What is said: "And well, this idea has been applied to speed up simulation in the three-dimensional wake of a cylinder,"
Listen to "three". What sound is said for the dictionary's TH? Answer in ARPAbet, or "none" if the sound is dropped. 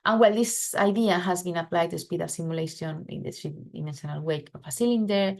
T